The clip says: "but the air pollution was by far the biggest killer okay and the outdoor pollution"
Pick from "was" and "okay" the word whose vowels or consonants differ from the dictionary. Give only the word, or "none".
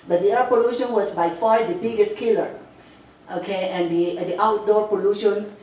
was